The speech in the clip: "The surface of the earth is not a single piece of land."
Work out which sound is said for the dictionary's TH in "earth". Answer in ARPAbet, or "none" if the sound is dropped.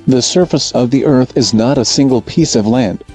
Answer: TH